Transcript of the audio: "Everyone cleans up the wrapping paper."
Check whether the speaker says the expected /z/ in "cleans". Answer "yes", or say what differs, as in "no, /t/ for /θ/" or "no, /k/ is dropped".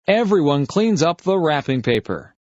yes